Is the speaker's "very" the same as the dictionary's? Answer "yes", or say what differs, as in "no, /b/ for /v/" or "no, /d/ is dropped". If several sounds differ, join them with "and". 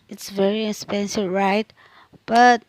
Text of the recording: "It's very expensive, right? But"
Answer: yes